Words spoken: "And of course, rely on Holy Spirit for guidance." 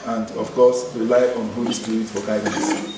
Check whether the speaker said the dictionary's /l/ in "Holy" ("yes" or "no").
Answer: no